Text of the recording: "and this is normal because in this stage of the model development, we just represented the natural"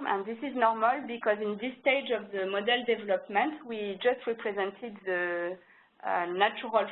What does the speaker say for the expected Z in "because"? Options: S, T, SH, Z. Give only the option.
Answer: Z